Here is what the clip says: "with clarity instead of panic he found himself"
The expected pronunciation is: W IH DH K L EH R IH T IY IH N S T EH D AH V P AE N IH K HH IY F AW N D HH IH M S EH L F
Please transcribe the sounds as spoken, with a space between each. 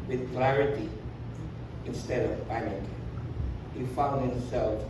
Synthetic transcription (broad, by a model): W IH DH K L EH R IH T IY IH N S T EH D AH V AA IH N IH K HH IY F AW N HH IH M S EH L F